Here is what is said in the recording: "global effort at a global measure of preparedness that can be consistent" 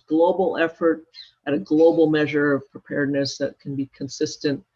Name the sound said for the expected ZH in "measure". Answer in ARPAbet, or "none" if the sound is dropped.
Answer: ZH